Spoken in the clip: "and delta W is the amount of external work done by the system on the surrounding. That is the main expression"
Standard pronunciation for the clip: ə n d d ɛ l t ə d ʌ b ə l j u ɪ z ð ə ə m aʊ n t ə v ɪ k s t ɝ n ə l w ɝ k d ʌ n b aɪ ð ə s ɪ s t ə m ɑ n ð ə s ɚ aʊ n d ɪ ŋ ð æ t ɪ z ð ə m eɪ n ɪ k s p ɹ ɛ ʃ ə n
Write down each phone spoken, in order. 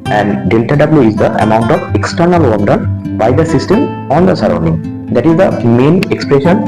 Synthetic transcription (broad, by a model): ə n d d ɛ l t ə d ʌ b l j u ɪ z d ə ə m aʊ n t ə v ɪ k s t ɝ n ə l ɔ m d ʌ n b aɪ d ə s ɪ s t ə m ɑ n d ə s ɚ aʊ n d ɪ ŋ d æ t ɪ z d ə m eɪ n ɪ k s p ɹ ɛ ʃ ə n